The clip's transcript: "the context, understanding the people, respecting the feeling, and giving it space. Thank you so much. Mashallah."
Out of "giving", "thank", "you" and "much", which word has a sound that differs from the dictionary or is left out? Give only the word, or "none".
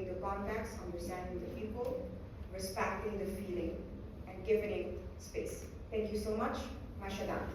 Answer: thank